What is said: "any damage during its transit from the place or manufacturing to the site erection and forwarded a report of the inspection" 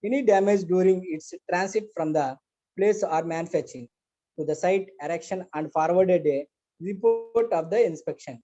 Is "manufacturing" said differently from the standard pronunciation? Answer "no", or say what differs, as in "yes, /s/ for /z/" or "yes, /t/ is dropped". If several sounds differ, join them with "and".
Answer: yes, /k/ is dropped